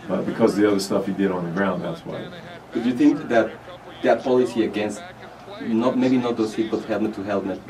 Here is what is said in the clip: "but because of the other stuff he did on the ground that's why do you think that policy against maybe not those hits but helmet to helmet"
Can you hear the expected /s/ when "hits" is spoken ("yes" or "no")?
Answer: no